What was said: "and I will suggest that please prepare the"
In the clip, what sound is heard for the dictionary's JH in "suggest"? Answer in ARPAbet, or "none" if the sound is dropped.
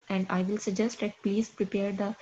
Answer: JH